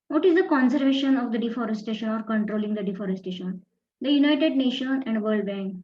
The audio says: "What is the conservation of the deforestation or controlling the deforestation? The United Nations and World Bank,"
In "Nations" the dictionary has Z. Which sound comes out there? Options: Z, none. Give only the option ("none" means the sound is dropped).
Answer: none